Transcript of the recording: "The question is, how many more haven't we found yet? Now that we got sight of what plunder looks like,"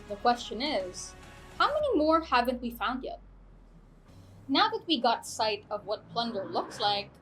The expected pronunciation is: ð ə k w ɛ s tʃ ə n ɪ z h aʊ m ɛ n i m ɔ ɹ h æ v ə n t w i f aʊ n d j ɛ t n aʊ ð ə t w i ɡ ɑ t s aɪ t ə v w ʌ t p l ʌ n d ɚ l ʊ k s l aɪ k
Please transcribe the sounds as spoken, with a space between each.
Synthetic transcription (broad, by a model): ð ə k w ɛ s tʃ ə n ɪ z h aʊ m ɛ n i m ɔ ɹ h æ v ə n t w i f aʊ n d j ɛ t n aʊ ð ə t w i ɡ ɑ t s aɪ t ə v w ʌ t p l ʌ n d ɚ l ʊ k s l aɪ k